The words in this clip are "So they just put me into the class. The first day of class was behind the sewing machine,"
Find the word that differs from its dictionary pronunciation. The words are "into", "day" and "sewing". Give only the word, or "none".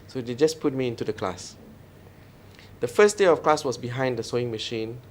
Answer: none